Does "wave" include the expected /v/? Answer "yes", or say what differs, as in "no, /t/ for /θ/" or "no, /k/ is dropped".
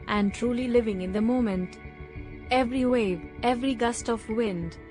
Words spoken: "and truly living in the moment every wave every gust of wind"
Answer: yes